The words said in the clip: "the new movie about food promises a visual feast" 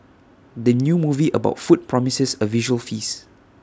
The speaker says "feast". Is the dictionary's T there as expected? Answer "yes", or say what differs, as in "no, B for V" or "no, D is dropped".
no, T is dropped